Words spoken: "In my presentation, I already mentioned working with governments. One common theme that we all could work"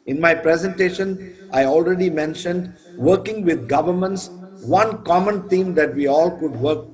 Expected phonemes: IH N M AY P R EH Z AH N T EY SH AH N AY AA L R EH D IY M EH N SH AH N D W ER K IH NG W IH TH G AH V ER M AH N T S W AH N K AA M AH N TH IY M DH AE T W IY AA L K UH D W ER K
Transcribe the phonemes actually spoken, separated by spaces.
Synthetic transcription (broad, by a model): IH N M AY P R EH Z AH N T EY SH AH N AY AA L R EH D IY M EH N SH AH N D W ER K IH NG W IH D G AH V ER M AH N T S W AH N K AA M AH N T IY M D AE T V IY AA L K UH D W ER K